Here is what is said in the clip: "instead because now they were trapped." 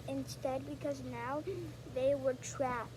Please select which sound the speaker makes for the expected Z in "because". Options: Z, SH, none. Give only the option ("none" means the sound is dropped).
Z